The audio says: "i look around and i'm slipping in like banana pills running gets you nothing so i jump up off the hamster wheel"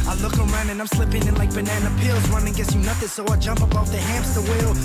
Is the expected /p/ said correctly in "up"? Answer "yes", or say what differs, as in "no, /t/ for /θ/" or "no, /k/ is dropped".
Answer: no, /b/ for /p/